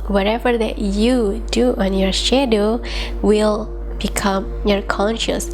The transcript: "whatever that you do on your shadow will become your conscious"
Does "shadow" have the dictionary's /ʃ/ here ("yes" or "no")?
yes